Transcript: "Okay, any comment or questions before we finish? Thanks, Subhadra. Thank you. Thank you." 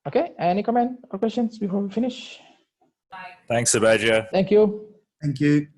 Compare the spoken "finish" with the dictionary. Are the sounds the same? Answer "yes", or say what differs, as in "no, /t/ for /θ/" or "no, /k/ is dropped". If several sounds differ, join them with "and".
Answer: yes